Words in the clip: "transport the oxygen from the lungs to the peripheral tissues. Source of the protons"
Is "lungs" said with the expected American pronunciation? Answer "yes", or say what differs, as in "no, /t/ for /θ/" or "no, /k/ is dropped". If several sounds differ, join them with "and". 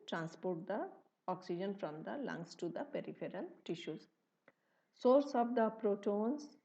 no, /s/ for /z/